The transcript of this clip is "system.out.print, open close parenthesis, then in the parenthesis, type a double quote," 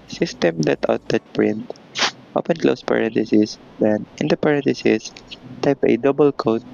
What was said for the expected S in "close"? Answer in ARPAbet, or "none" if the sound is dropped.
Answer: S